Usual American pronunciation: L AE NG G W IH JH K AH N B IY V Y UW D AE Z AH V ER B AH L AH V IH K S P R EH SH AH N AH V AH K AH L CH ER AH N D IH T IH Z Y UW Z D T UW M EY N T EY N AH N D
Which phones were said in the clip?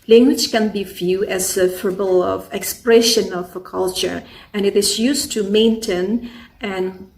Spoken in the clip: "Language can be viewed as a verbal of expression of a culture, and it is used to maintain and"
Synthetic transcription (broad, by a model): L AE NG G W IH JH K AH N B IY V Y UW AE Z AH F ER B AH L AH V IH K S P R EH SH AH N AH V AH K AH L CH ER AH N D IH T IH Z Y UW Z T UW M EY N T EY N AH N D